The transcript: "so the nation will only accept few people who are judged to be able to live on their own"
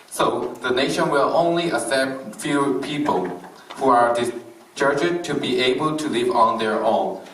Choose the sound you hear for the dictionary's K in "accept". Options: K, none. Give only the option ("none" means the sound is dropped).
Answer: none